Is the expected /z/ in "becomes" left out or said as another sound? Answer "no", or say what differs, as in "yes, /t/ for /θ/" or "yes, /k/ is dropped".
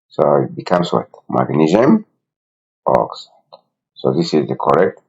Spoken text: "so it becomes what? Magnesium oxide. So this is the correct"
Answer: yes, /s/ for /z/